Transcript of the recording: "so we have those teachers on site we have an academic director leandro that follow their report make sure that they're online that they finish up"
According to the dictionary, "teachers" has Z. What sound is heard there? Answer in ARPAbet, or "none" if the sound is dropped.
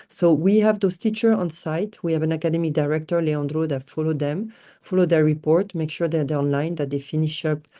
none